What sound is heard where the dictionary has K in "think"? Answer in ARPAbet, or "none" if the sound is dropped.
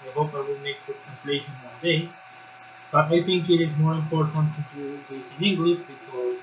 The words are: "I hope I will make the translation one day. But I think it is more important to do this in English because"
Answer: K